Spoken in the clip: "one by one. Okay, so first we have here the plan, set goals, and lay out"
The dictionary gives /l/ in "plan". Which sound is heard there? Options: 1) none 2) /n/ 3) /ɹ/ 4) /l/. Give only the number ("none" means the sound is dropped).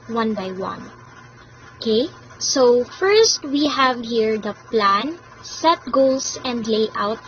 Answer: 4